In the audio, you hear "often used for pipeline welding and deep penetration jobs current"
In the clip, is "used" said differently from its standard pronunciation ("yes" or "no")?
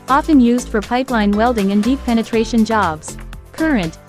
no